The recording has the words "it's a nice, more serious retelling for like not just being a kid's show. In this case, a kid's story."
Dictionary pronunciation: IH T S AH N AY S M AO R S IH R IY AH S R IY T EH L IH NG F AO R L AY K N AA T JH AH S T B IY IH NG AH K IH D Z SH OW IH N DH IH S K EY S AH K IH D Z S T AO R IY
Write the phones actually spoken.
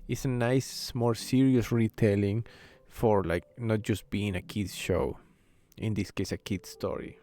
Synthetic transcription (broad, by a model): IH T S AH N AY S M AO R S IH R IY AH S R IY T EH L IH NG F AO R L AY K N AA T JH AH S T B IY IH NG AH K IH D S SH OW IH N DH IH S K EY S AH K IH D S T AO R IY